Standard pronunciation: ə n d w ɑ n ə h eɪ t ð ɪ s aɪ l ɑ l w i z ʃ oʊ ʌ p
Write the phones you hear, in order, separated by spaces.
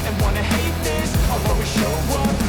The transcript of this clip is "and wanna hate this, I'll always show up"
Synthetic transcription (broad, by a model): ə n w ɑ n ə h eɪ t ð ɪ s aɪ w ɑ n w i ʃ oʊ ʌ